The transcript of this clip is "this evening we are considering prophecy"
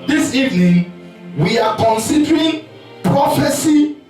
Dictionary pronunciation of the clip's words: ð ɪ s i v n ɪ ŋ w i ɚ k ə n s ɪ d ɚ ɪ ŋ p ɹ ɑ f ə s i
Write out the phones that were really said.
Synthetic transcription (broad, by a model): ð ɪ s i v n ɪ ŋ w i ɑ k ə n s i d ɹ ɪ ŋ p ɹ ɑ f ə s i